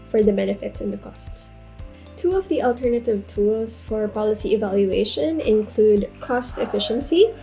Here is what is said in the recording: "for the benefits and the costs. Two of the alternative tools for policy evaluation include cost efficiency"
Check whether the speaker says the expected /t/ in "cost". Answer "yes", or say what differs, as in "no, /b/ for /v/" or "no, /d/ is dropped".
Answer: yes